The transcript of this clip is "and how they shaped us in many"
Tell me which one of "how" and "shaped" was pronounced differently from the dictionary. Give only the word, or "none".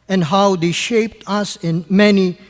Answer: none